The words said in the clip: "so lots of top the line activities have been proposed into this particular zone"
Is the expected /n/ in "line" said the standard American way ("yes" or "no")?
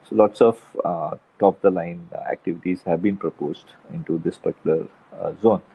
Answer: yes